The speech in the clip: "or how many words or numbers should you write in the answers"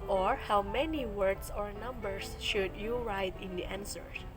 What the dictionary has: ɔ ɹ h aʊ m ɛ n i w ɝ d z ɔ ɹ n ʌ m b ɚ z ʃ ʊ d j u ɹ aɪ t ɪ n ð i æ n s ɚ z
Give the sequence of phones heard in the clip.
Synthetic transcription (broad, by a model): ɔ ɹ h aʊ m ɛ n i w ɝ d s ɔ ɹ n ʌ m b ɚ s ʃ ʊ d j u ɹ aɪ t ɪ n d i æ n s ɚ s